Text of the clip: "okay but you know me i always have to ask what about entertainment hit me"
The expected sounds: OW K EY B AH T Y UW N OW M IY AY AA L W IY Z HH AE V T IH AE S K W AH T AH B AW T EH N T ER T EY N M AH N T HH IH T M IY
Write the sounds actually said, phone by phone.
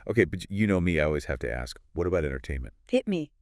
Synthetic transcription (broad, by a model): OW K EY B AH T Y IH N OW M IY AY AA L W IY Z HH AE F T IH AE S K W AH T AH B AW T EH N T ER T EY N M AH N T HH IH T M IY